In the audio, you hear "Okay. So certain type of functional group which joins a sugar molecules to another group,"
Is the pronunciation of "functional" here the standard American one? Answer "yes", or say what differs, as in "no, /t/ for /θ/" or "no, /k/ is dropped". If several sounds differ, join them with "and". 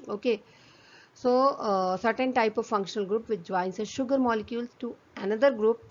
yes